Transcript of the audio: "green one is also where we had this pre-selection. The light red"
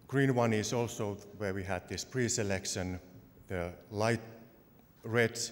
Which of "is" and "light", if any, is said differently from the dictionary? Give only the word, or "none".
is